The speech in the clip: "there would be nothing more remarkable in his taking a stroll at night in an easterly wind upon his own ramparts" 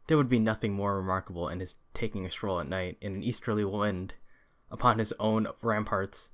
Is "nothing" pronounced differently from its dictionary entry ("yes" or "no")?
no